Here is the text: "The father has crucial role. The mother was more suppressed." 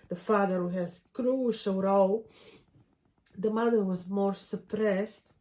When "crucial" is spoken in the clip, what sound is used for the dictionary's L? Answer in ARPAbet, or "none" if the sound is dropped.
W